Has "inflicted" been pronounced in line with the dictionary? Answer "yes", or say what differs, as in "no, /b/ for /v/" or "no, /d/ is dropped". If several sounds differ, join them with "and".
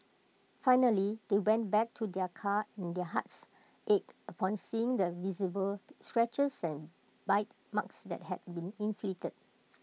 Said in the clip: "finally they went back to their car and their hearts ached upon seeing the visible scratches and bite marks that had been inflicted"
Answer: no, /k/ is dropped